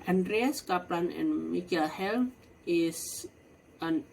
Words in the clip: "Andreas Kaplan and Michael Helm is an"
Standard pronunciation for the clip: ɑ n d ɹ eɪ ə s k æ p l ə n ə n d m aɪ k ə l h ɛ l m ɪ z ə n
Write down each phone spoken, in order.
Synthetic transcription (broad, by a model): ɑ n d ɹ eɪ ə s k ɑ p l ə n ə n m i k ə l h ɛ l ɪ s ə n